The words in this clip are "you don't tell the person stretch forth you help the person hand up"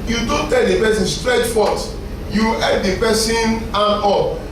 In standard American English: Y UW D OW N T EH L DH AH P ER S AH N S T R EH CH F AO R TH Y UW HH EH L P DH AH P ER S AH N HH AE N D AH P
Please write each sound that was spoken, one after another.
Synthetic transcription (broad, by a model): Y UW D OW N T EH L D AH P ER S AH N S T R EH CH F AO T Y UW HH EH P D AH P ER S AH N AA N AO